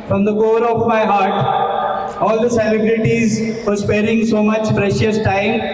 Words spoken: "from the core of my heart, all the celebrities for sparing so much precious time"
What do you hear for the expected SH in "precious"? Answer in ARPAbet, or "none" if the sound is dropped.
SH